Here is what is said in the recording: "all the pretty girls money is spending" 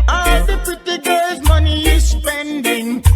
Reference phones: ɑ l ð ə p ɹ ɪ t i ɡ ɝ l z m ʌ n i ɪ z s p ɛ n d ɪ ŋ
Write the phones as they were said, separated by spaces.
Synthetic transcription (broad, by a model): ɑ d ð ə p ɪ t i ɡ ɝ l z m ʌ n i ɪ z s p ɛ n d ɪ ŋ